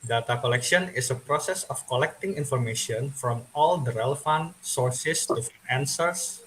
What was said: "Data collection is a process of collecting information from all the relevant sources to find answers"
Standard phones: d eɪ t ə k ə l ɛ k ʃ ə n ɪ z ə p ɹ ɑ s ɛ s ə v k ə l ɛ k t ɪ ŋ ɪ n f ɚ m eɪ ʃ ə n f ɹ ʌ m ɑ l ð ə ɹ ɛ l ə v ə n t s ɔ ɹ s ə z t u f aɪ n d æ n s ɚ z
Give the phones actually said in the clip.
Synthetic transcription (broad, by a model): d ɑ t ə k ə l ɛ k ʃ ə n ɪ s ə p ɹ ɑ s ɛ s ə f k ə l ɛ k t ɪ ŋ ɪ n f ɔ m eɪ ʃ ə n f ɹ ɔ m ɑ l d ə ɹ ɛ l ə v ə n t s ɔ ɹ s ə s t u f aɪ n æ n s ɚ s